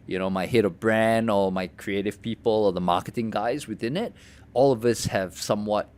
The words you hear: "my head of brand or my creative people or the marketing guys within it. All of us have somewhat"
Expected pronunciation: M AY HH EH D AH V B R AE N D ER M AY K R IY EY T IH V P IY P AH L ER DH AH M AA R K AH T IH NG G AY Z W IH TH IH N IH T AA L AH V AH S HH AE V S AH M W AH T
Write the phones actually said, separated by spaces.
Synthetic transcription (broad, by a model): M AY HH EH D AH V B R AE N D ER M AY K R IY EY T IH V P IY P AH L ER DH AH M AA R K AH T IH NG G AY Z W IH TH IH N IH T AA L AH V AH S HH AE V S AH M W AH T